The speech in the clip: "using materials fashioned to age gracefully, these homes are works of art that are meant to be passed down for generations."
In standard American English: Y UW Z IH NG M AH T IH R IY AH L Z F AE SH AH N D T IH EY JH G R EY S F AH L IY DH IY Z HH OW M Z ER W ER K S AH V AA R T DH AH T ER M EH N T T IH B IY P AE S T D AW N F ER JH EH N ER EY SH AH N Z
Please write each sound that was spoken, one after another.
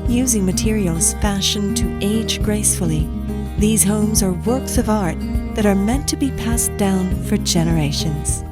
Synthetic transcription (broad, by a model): Y UW Z IH NG M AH T IH R IY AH L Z F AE SH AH N T IH EY JH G R EY S F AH L IY DH IY Z HH OW M Z ER W ER K S AH V AA R T DH AH T ER M EH N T T IH B IY P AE S D AW N F ER JH EH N ER EY SH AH N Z